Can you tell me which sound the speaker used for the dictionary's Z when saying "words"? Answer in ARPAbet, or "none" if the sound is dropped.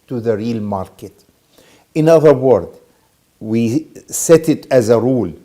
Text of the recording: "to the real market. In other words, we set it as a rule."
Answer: none